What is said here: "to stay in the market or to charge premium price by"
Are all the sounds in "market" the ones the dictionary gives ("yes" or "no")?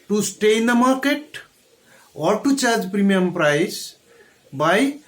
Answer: yes